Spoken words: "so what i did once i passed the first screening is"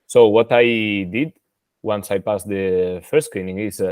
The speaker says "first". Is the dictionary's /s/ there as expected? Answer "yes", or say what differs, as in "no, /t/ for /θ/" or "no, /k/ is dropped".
no, /s/ is dropped